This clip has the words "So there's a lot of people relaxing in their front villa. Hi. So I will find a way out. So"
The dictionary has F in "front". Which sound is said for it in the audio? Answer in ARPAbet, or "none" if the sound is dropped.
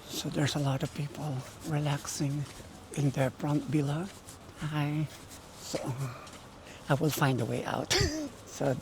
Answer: P